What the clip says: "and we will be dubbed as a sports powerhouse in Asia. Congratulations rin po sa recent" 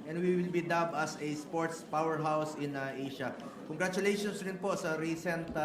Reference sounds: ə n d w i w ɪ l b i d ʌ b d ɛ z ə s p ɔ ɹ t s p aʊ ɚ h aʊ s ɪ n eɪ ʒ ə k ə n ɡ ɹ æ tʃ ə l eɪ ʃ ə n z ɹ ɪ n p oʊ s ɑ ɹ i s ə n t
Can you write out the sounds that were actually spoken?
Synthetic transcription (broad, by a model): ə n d w i w ɪ l b i d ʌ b ʌ s ə s p ɔ ɹ t s p aʊ ɚ h aʊ s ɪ n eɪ ʃ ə k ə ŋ ɡ ɹ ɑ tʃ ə l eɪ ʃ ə n s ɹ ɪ n p oʊ s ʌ ɹ i s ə n t